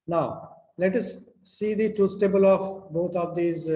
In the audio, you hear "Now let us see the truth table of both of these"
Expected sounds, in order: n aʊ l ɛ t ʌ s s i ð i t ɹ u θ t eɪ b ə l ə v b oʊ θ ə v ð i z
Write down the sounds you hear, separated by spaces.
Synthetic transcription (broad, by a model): n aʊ l ɛ t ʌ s s i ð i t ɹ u s t eɪ b ə l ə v b oʊ t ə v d i z